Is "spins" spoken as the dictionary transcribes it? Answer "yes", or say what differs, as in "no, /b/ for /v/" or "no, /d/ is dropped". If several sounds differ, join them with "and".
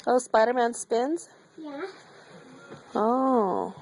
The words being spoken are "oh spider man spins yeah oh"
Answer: yes